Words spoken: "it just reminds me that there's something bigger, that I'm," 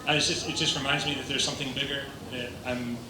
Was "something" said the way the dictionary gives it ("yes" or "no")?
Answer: yes